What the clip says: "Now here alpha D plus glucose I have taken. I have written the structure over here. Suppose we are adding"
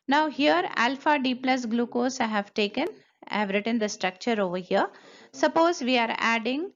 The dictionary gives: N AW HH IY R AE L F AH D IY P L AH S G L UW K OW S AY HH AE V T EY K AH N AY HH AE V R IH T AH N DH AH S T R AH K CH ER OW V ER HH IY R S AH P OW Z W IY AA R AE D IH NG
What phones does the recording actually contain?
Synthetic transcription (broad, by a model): N AW HH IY R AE L F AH D IY P L AH S G L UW K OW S AY HH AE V T EY K AH N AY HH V R IH T AH N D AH S T R AH K CH ER OW V ER HH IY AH S AH P OW Z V IY AA R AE D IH NG